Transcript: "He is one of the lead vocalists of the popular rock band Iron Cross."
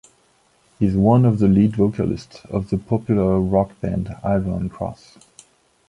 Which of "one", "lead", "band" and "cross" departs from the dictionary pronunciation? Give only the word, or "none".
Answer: none